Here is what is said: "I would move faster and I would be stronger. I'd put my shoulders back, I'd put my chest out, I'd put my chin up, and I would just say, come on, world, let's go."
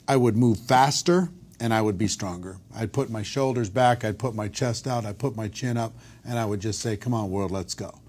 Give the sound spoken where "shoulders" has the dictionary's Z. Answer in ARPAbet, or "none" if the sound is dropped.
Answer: Z